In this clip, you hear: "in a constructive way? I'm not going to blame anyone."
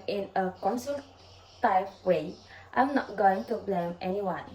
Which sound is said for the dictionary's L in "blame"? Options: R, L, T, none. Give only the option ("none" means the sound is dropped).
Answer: L